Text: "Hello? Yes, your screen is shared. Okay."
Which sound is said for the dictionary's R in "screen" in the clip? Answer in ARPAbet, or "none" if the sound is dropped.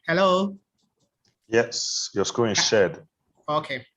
none